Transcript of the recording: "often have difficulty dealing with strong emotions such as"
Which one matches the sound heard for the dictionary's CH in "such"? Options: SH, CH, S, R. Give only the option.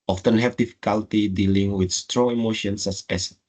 S